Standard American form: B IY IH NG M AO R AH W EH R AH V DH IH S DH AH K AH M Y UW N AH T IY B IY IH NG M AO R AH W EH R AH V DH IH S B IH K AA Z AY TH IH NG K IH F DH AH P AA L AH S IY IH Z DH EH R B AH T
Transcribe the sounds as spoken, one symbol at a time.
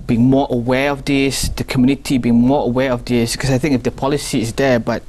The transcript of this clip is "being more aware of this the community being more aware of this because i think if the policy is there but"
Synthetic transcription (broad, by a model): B IY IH NG M AO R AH W EH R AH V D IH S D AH K AH M Y UW N AH T IY B IY IH NG M AO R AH W EH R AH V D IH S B K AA S AY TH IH NG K IH F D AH P AA L AH S IY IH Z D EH B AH T